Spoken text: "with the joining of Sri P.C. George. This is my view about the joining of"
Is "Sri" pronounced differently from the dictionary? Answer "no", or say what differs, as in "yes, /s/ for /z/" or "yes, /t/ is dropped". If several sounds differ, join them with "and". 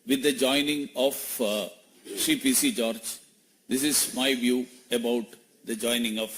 yes, /ɹ/ is dropped